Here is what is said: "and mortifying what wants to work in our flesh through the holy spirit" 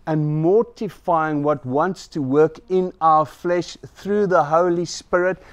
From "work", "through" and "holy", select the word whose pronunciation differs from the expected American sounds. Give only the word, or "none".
none